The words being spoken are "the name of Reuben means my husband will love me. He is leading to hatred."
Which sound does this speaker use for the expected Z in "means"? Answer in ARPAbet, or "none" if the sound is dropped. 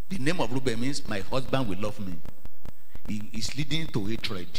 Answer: S